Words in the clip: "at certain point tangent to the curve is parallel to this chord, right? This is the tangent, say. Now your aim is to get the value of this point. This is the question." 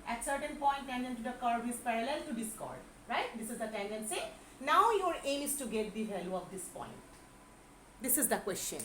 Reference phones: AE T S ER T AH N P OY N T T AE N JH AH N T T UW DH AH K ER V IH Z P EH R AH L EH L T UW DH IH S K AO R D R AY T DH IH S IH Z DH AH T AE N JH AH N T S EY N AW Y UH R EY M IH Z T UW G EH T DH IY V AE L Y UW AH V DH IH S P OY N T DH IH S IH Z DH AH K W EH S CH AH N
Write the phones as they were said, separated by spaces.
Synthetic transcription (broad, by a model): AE T S ER T AH N P OY N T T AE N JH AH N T T UW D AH K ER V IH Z P EH R AH L EH L T UW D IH S K AO R D R AY T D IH S IH Z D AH T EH N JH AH N S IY N AW Y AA R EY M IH S T UW G EH T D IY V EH L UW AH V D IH S P OY N T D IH S IH Z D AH K W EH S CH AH N